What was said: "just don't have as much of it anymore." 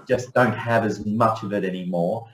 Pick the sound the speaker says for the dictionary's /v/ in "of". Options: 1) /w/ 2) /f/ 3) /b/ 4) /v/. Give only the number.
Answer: 4